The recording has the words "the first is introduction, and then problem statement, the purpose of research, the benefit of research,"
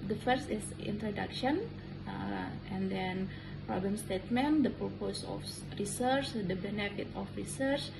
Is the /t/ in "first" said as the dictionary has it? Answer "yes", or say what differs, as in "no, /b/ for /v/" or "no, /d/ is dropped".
yes